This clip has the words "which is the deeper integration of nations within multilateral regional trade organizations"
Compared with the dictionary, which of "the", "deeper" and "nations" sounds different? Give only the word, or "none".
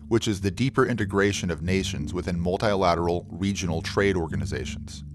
none